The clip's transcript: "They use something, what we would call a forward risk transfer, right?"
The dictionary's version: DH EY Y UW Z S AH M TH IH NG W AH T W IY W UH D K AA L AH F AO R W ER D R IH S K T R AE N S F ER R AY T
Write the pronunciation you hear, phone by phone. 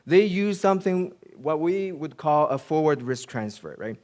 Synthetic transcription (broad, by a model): DH EY Y UW Z S AH M TH IH NG W AH T W IY W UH D K AA L AH F AO R W ER D R IH S K T R AE N S F ER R AY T